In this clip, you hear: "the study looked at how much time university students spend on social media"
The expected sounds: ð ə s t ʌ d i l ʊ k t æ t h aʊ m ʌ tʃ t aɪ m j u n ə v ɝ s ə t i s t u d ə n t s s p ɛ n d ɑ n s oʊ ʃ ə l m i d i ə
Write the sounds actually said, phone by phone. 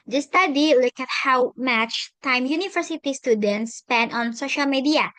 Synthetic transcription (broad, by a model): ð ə s t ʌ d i l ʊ k ʌ t h aʊ m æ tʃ t aɪ m j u n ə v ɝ s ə t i s t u d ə n t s s p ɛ n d ɑ n s oʊ ʃ ə l m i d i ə